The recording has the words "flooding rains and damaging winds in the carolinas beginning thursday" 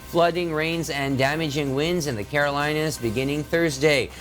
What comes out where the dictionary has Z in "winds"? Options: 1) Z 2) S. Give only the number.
1